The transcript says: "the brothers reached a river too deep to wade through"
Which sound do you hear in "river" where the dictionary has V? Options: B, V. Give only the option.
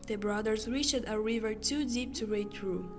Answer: V